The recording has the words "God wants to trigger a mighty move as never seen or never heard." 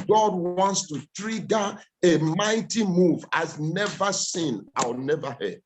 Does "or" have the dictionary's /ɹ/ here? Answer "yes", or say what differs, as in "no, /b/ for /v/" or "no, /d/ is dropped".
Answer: no, /w/ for /ɹ/